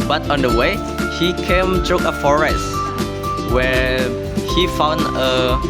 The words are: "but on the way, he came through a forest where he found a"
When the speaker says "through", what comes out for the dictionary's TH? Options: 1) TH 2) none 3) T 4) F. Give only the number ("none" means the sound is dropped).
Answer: 3